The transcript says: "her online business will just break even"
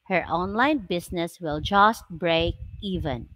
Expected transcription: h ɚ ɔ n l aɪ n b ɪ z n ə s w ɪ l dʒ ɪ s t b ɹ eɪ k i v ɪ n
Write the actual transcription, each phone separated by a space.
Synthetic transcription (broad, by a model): h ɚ ɔ n l aɪ n b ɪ s n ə s w ɪ l dʒ ɪ s t b ɹ eɪ k i v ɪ n